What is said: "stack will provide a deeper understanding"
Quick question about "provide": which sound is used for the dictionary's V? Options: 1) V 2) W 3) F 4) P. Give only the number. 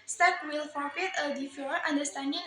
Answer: 3